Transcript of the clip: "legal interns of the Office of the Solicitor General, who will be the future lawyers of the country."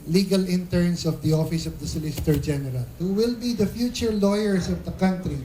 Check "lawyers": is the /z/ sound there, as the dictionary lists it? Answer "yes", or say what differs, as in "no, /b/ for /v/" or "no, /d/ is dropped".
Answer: no, /s/ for /z/